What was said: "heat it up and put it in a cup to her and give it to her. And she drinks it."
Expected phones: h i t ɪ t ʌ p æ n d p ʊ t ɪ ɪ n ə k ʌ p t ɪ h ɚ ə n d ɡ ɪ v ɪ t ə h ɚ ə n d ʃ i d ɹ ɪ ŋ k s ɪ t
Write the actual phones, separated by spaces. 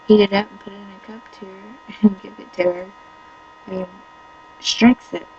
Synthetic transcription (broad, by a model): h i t ɪ t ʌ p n p ʊ t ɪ ɪ n ə k ʌ p t ɪ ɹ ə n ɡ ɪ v ɪ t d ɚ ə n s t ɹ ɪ k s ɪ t